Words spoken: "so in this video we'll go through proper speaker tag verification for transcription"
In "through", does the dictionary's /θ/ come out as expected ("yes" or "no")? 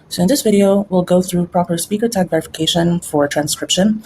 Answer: yes